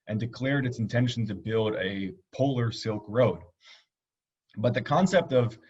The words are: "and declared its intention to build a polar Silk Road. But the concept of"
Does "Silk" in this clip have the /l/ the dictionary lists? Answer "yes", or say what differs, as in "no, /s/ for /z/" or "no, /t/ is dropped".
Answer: yes